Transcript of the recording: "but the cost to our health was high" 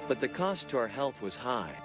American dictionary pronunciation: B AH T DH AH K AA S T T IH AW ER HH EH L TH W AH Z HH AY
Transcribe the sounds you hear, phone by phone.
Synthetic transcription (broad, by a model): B AH T DH AH K AA S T T IH AW ER HH EH L TH W AH Z HH AY